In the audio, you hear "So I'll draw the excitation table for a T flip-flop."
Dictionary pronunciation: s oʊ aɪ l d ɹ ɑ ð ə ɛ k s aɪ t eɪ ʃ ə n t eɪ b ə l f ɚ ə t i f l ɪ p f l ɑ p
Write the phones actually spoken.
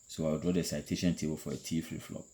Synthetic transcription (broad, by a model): s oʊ aɪ w d ɹ ɑ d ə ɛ s aɪ t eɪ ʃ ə n t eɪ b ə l f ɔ ə t i f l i f l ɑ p